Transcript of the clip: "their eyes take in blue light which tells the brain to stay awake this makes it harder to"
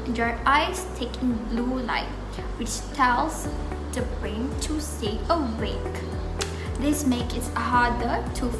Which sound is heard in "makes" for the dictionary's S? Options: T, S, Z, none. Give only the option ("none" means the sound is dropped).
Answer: none